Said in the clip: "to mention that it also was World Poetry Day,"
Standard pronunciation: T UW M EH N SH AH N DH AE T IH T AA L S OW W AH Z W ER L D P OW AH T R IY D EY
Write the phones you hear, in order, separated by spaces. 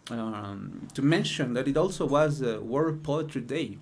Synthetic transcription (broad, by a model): T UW M EH N SH AH N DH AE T IH T AA L S OW W AH Z W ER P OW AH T IY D EY